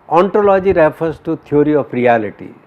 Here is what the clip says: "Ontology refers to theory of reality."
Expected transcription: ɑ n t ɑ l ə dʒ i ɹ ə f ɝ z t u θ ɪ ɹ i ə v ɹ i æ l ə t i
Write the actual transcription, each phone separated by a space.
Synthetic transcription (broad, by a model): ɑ n t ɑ l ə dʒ i ɹ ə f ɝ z t u t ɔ ɹ i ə p ɹ i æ l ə t i